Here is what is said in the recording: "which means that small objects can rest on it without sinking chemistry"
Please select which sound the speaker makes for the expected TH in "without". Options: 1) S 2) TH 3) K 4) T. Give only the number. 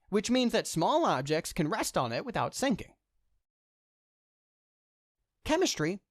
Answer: 2